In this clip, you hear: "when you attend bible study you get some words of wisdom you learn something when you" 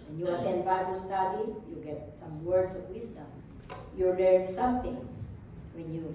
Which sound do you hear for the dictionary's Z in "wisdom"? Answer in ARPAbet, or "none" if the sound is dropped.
S